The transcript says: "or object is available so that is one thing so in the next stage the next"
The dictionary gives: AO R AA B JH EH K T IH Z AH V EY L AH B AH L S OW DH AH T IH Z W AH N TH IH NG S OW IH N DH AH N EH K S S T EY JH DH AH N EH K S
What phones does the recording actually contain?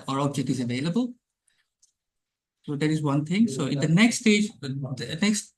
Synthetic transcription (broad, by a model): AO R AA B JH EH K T IH Z AH V EY L AH B AH L S OW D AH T IH Z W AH N T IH NG S OW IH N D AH N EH K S S T EY JH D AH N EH K S